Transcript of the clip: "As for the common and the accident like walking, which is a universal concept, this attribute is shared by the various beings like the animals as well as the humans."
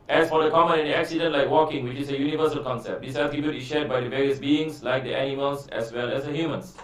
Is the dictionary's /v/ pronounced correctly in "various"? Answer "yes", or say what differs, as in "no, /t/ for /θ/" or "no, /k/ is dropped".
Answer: yes